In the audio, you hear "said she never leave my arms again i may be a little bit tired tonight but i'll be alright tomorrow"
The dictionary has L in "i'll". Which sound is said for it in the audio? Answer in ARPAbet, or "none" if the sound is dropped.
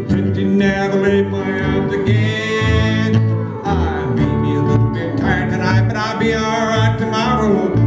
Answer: L